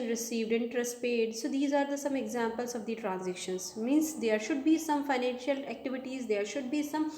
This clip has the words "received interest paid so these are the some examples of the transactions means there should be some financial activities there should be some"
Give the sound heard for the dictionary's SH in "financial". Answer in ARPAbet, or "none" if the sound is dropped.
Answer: SH